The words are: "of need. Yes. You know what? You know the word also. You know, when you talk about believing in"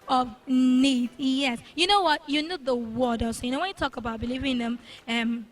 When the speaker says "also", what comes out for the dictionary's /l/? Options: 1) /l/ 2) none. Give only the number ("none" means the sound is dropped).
2